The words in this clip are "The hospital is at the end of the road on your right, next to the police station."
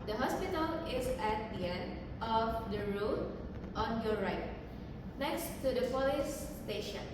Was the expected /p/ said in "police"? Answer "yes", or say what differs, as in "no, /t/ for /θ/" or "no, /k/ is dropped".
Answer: no, /f/ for /p/